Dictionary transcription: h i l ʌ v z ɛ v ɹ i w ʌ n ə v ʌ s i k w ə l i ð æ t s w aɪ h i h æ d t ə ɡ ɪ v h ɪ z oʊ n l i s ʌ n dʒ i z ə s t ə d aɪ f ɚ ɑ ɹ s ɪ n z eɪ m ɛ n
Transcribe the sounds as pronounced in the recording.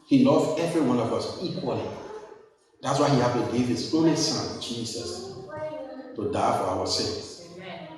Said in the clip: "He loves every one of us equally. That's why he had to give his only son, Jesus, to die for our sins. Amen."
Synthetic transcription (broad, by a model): h i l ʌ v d ɛ v ɹ i w ʌ n ə v ʌ s i k w ə l i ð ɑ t s w aɪ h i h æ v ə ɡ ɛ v h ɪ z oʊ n i s ʌ n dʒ i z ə s t ə d aɪ f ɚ ɑ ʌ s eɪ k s